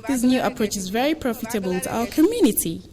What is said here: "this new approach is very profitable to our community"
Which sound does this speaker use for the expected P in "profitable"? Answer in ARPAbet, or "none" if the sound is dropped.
P